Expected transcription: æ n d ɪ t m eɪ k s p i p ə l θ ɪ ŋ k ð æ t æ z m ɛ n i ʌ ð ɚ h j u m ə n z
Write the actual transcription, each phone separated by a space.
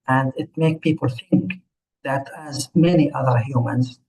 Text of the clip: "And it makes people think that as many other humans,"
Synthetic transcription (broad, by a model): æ n d ɪ t m eɪ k p i p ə l θ ɪ ŋ k ð æ t æ z m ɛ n i ʌ ð ɚ h j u m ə n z